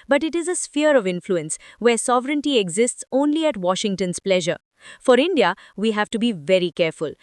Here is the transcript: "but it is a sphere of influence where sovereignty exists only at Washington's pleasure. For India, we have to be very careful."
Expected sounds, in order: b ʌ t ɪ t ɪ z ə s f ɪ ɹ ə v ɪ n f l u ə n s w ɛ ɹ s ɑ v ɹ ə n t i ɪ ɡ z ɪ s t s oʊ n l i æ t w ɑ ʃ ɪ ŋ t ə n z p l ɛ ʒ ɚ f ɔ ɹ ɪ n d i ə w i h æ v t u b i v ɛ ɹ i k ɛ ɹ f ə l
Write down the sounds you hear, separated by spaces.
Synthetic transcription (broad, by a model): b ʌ t ɪ t ɪ z ə s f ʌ ɹ ə v ɪ n f l u ə n s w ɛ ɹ s ɑ v ɹ ə n t i ɪ ɡ z ɪ s t s oʊ n l i æ t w ɑ ʃ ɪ ŋ t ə n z p l ɛ ʒ ɚ f ɔ ɹ ɪ n d i ə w i h æ v t u b i v ɛ ɹ i k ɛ ɹ f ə l